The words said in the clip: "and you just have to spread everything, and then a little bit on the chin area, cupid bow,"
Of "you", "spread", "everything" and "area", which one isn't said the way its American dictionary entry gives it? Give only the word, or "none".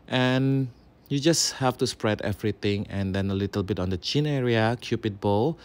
everything